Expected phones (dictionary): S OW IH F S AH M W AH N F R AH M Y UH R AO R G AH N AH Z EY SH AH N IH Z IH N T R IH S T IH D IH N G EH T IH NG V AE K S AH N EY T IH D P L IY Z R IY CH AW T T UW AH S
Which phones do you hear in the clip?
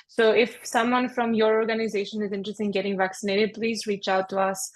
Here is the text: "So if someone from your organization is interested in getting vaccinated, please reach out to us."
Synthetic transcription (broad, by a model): S OW IH F S AH M W AH N F R AH M Y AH R AO R G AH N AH Z EY SH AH N IH Z IH N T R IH S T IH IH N G EH T IH NG V AE K S AH N EY T IH D P L IY Z R IY CH AW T T UW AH S